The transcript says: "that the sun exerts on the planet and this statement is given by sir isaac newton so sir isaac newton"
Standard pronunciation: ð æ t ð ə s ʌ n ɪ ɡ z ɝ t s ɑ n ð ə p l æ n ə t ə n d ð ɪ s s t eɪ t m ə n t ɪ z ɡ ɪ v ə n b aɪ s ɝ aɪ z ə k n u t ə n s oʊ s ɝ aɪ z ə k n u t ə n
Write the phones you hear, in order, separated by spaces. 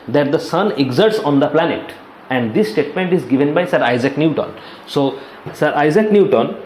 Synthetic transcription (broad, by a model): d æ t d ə s ʌ n ɪ ɡ z ɝ t s ɑ n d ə p l æ n ə t ə n d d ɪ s s t eɪ t m ə n t ɪ z ɡ ɪ v ə n b aɪ s ɝ aɪ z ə k n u t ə n s oʊ s ɝ aɪ z ə k n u t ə n